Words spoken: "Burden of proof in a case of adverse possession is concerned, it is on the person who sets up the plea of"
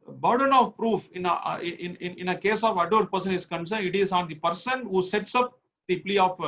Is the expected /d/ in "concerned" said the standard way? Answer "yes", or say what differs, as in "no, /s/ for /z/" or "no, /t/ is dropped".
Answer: no, /d/ is dropped